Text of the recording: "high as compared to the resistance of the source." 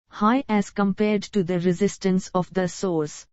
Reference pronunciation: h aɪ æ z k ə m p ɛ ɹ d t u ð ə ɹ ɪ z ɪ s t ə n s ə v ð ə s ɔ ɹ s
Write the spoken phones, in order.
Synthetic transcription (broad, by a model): h aɪ æ z k ə m p ɛ ɹ d t u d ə ɹ ɪ z ɪ s t ə n s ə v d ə s ɔ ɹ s